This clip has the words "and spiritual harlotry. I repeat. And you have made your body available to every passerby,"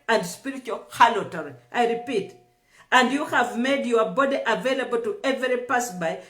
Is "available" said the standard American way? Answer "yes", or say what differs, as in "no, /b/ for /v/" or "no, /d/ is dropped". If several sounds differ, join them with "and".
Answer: yes